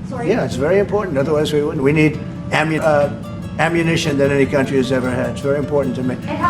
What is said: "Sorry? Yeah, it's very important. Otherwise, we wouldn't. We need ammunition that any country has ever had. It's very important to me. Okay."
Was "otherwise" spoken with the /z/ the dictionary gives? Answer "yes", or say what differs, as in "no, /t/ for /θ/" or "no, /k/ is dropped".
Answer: yes